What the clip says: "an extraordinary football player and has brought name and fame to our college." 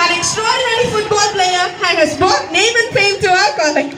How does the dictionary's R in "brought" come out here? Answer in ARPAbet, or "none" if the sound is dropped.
none